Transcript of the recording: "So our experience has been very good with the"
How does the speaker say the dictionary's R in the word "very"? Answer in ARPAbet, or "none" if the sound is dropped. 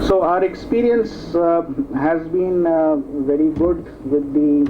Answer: R